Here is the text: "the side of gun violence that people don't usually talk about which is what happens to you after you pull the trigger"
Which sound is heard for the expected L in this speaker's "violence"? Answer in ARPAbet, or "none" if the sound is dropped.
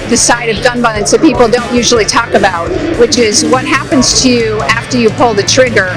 none